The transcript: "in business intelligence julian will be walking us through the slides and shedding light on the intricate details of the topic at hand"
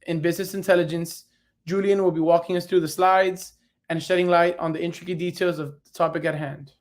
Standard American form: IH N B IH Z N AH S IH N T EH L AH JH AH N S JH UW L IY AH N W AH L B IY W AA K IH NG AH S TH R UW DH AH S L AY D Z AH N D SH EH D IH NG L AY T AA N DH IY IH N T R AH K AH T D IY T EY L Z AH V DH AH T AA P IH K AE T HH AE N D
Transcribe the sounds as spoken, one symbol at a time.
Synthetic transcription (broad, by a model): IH N B IH Z N AH S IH N T EH L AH JH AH N S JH UW L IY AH N W AH L B IY W AA K IH NG AH S TH R UW DH AH S L AY D Z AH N SH EH D IH NG L AY T N DH IY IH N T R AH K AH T D IY T EY L Z AH V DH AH T AA P IH K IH T HH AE N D